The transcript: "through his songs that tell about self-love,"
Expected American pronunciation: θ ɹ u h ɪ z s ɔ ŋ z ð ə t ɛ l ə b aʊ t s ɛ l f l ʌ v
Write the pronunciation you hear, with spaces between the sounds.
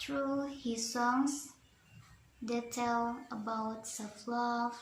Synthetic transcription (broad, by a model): ɹ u h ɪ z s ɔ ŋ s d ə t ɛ l ə b aʊ t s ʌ f l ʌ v